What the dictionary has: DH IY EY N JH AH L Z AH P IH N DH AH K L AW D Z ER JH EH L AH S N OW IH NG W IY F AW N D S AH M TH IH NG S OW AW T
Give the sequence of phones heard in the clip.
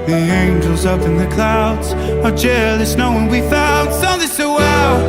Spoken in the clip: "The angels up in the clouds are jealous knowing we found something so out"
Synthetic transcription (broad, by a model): DH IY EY N JH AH L Z AH P IH N DH AH K L AW D Z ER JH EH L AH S N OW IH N W IY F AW L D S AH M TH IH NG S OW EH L